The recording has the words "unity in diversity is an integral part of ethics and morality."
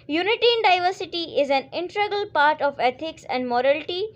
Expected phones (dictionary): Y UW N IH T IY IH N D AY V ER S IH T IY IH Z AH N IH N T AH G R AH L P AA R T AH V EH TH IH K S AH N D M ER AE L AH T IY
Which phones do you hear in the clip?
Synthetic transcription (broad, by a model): Y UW N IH T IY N D AY V ER S IH T IY IH Z AH N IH N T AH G AH L P AA R T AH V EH T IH K S AH N D M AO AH L T IY